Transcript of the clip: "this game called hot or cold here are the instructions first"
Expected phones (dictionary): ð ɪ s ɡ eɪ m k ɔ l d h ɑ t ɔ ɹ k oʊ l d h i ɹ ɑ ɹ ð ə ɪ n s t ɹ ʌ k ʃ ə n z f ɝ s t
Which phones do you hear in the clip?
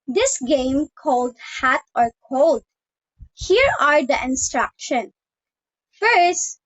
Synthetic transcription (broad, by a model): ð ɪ s ɡ eɪ m k ɔ l d h ɑ t ɔ ɹ k oʊ l d h i ɹ ɑ ɹ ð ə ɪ n s t ɹ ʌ k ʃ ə n f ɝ s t